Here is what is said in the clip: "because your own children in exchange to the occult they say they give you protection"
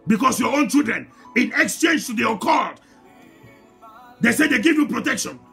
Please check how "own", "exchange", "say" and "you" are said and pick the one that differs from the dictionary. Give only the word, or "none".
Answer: none